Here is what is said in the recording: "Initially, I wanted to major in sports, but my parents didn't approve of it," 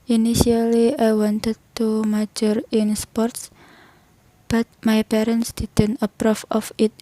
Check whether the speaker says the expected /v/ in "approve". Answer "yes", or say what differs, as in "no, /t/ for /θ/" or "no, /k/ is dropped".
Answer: no, /f/ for /v/